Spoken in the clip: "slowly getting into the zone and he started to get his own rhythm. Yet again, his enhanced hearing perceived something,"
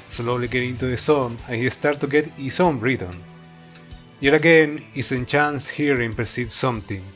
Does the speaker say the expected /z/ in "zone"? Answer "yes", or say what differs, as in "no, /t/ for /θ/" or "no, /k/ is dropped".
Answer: no, /s/ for /z/